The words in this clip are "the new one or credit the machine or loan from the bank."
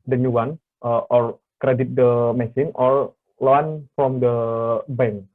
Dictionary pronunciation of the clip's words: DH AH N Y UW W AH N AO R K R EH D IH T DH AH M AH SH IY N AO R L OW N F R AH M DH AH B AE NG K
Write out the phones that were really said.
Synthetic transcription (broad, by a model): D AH N Y UW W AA N AO R K R EH D IH T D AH M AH S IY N AO R L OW N F R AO M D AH B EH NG